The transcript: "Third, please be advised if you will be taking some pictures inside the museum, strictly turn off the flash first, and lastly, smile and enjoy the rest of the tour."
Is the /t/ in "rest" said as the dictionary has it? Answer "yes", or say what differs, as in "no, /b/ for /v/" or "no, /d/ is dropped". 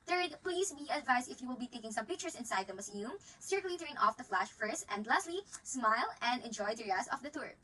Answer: no, /t/ is dropped